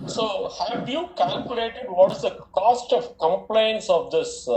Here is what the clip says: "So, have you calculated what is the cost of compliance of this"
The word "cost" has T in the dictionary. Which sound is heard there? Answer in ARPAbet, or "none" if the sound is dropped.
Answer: T